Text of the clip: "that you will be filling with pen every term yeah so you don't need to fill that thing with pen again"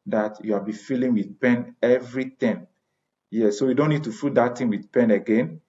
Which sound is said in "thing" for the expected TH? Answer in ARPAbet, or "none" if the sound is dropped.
T